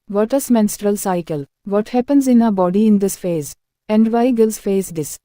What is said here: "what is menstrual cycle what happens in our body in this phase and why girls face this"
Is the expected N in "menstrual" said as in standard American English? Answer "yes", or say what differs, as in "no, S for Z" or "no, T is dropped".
yes